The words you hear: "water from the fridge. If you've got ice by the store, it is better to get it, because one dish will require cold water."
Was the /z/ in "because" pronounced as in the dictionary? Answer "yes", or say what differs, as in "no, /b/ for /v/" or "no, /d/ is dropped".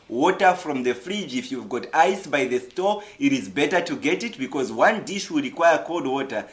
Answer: yes